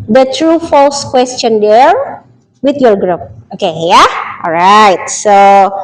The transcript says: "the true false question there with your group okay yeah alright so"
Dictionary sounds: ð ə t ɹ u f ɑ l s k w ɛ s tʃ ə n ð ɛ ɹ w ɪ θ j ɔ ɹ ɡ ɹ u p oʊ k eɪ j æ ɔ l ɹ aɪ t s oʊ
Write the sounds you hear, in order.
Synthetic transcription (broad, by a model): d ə t ɹ u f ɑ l s k w ɛ s tʃ ə n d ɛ ɹ w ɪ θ j ɔ ɹ ɡ ɹ u p oʊ k eɪ j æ ɔ l ɹ aɪ t s oʊ